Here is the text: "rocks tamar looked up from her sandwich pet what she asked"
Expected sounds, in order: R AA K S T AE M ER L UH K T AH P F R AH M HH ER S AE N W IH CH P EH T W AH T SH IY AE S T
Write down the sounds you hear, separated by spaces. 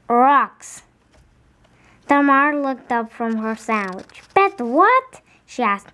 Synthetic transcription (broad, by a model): R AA K S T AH M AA L UH K T AH P F R AH M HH ER S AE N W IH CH B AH T W AH T SH IY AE S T